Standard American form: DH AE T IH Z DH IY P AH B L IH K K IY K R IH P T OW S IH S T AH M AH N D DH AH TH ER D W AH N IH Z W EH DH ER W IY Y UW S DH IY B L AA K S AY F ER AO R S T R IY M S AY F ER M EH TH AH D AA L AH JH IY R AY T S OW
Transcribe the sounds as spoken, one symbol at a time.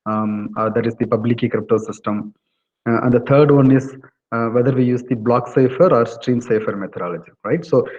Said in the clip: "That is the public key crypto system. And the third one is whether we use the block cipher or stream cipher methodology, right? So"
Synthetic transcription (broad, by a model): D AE T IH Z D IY P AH B L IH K K IY K R IH P T OW S IH S T AH M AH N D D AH T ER D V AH N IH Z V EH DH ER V IY Y UW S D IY B L AA K S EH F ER AO R S T R IY M S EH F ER M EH T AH D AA L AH JH IY R AY T S OW